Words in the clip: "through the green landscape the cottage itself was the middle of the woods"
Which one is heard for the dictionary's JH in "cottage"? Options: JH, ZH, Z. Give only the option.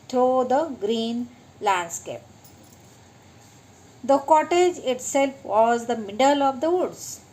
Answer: JH